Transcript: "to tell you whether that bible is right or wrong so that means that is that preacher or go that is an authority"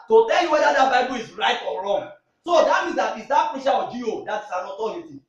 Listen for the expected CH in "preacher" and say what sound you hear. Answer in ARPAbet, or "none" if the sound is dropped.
SH